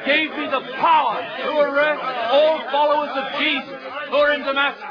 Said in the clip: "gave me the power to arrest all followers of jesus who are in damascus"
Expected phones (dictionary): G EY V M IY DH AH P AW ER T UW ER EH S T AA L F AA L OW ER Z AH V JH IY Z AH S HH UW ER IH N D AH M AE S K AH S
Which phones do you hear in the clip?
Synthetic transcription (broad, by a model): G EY V M IY DH AH P AW ER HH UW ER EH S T AA L F AA L OW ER Z AH V JH IY Z AH S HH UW ER IH N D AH M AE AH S